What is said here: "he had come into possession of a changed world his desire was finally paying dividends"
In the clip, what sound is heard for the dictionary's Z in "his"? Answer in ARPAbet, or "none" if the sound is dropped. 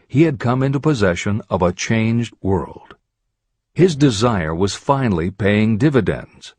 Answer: Z